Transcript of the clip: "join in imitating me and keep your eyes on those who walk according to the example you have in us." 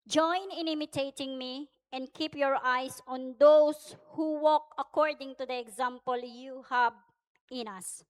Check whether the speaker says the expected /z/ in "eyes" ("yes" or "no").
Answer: no